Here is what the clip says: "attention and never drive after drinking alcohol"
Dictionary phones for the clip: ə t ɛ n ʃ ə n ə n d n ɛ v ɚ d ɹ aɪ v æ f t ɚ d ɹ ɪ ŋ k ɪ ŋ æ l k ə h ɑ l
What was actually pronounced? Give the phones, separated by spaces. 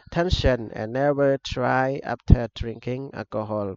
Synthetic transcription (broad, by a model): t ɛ n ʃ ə n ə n n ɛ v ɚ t ɹ aɪ ɑ p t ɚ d ɹ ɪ ŋ k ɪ ŋ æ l k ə h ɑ l